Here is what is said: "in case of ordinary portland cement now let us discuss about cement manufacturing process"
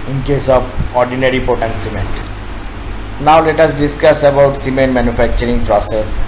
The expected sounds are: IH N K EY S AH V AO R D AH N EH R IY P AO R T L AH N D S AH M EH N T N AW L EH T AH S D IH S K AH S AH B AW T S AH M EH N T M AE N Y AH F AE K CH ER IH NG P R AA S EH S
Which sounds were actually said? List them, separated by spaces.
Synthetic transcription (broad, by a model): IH N K EY S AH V AO R D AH N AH R IY P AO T AH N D S AH M EH N T N AW L EH T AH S D IH S K AH S AH B AW T S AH M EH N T M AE N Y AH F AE K CH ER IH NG P R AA S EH S